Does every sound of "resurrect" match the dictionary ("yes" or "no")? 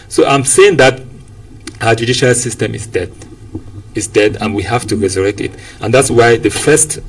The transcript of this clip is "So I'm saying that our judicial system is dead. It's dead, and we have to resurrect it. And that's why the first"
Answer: yes